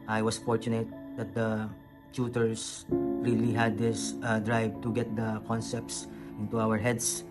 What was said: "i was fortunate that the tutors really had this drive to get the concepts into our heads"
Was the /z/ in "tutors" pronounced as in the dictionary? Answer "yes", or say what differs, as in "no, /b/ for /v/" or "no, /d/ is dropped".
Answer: no, /s/ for /z/